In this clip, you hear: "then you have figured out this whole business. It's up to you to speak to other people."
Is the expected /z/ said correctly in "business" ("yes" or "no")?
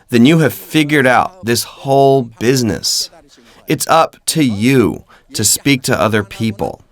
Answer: yes